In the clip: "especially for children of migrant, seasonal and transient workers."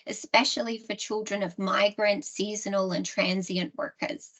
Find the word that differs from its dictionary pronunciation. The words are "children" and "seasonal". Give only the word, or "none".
none